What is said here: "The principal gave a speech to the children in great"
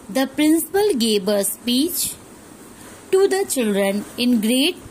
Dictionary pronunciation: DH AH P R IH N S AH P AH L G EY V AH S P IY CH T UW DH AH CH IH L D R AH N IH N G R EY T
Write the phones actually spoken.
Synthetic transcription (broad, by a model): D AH P R IH N S AH P AH L G EY B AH S P IY CH T UW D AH CH IH L D R AH N IH N G R EY T